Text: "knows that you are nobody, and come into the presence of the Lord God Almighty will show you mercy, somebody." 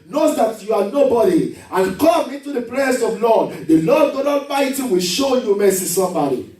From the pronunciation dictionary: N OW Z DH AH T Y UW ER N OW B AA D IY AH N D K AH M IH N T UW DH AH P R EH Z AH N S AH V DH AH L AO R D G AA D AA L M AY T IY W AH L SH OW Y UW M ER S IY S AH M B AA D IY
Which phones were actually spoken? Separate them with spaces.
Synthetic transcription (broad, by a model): N OW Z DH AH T Y UW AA N OW B AA D IY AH N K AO M IH N T UW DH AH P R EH S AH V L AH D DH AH L AO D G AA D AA M AY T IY W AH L SH OW Y UW M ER S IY S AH M B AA D IY